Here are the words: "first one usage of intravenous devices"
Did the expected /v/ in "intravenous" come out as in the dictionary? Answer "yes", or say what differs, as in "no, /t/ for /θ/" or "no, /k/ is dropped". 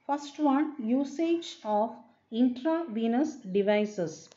yes